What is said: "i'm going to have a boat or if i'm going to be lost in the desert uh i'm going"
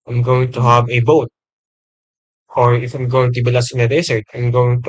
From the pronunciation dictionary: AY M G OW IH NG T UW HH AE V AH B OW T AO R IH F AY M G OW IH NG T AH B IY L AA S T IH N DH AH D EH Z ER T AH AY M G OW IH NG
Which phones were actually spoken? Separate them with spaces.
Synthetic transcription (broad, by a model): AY M G OW IH NG T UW HH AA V AH B OW T AO R IH F AY M G OW IH NG T AH B IY L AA S IH N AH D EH S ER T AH AY M G OW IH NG